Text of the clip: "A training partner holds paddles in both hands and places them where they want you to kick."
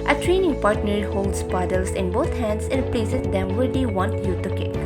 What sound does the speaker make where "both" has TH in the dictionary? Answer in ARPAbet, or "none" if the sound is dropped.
T